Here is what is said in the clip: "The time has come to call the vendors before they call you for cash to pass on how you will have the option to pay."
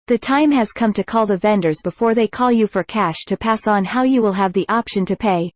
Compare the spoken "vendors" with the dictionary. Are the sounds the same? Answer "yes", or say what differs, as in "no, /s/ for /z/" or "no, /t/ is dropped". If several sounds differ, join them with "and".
yes